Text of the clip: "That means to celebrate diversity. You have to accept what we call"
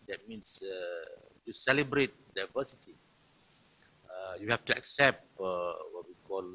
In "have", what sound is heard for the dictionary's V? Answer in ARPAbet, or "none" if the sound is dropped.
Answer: F